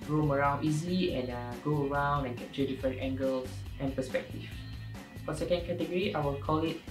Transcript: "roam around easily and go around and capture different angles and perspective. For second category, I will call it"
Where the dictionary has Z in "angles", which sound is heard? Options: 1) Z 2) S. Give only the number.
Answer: 2